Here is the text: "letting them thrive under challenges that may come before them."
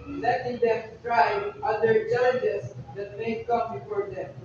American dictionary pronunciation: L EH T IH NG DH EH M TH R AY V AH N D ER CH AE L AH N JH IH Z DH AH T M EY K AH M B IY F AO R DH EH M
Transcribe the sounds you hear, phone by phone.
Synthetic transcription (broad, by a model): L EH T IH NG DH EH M T R AY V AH D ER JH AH JH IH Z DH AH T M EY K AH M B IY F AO R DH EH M